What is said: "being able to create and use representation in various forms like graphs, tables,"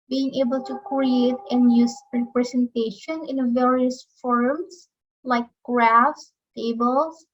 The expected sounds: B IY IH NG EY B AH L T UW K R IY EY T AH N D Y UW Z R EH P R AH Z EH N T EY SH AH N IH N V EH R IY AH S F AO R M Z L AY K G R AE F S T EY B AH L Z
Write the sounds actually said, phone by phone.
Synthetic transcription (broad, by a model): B IY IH NG EY B AH L T UW K R IY EY T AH N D Y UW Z R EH P R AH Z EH N T EY SH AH N IH N V EH R IY AH S F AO R M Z L AY K G R AE F S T EY B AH L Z